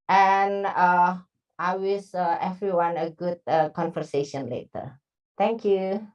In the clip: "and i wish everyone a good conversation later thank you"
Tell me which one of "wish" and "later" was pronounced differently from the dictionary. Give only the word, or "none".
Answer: wish